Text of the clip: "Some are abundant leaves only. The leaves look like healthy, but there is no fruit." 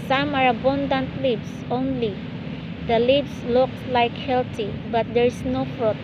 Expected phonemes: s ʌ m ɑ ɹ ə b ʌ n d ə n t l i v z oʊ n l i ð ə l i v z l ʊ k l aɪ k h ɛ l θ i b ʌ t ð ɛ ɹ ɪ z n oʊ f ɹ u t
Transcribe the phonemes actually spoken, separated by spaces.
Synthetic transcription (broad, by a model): s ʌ m ɑ ɹ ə b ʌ n d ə n t l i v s oʊ n l i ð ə l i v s l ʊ k l aɪ k h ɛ l t i b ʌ t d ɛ ɹ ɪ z n oʊ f ɹ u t